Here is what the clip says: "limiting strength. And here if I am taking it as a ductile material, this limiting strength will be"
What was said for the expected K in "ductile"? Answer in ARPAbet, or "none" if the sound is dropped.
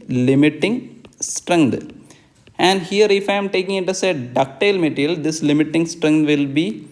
K